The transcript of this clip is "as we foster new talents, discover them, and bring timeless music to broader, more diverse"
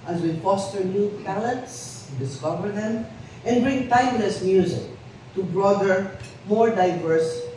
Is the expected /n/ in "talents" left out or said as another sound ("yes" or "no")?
yes